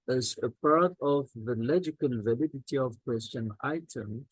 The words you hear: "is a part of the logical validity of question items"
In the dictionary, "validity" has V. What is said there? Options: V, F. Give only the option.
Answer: V